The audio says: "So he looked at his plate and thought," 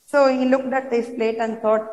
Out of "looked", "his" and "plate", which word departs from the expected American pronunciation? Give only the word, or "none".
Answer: his